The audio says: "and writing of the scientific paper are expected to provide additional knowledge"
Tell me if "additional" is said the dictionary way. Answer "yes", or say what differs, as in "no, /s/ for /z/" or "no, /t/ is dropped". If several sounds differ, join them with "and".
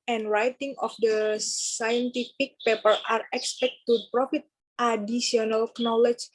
no, /ʃ/ is dropped